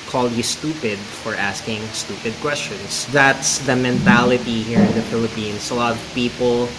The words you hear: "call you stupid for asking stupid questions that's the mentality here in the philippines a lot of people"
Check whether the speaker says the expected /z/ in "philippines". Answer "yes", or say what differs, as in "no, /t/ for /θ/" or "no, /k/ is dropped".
no, /s/ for /z/